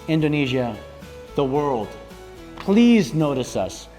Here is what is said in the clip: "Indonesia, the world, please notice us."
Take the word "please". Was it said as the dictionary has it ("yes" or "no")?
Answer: yes